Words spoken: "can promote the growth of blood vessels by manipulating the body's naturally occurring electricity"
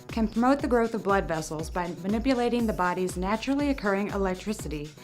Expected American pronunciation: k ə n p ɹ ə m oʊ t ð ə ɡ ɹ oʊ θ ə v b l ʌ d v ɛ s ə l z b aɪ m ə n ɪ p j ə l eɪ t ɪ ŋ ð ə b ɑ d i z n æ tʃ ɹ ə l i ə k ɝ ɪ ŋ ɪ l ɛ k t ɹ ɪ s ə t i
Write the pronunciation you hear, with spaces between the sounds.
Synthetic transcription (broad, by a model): k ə n p ɹ ə m oʊ t ð ə ɡ ɹ oʊ θ ə v b l ʌ d v ɛ s l z b aɪ m ə n ɪ p j ə l eɪ t ɪ ŋ ð ə b ɑ d i z n æ tʃ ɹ l i ə k ɝ ɪ ŋ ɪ l ɛ k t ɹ ɪ s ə t i